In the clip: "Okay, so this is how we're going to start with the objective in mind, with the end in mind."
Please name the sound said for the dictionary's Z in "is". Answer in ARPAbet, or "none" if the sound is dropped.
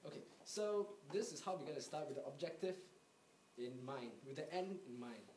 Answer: S